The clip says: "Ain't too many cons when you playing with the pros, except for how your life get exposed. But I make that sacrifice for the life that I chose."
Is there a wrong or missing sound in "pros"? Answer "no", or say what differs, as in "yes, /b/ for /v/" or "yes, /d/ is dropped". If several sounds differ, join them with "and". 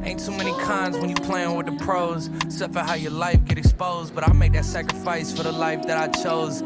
yes, /z/ is dropped